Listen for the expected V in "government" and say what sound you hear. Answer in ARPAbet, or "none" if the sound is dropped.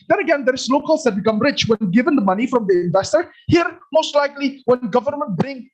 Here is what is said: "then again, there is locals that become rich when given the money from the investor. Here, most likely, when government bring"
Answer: V